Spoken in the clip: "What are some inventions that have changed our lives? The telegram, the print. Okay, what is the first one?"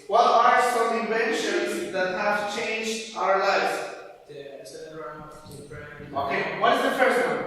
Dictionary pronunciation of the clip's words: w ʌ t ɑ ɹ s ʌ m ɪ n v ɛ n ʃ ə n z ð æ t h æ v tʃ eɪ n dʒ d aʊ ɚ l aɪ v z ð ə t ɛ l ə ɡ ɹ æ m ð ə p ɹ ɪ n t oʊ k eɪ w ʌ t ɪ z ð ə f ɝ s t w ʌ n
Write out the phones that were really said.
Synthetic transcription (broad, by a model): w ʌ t ɑ ɹ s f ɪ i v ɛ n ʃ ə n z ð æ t h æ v tʃ eɪ n dʒ aʊ ɚ l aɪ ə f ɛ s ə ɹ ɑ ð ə oʊ k eɪ w ʌ t ɪ z ð ə f ɝ s t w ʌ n